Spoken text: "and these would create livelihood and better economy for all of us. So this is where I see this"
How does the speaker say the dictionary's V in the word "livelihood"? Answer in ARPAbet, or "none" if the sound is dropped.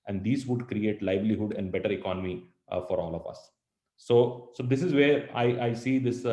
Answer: B